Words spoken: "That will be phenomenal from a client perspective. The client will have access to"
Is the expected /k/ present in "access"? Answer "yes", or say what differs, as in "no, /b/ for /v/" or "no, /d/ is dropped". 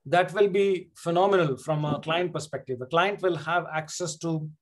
yes